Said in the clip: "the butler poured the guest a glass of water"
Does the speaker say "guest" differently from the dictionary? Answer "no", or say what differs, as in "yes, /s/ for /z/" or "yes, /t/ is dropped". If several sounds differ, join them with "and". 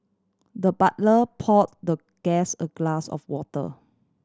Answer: yes, /t/ is dropped